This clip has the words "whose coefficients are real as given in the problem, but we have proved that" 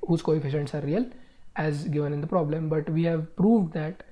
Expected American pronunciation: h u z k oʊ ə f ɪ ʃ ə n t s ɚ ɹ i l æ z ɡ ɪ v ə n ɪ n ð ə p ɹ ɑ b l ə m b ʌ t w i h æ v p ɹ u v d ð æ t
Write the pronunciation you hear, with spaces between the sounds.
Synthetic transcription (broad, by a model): h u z k oʊ ə f ɪ ʃ ə n t s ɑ ɹ i l æ z ɡ ɪ v ə n ɪ n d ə p ɹ ɑ b l ə m b ʌ t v i h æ v p ɹ u v d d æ t